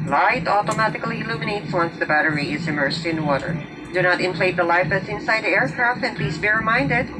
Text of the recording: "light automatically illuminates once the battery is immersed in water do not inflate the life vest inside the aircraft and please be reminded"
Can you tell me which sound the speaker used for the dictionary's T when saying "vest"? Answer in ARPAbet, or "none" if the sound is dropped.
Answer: none